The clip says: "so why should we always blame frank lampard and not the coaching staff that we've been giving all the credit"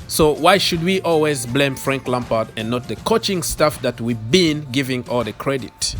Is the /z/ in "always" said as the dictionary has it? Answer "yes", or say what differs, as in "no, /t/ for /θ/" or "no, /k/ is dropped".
yes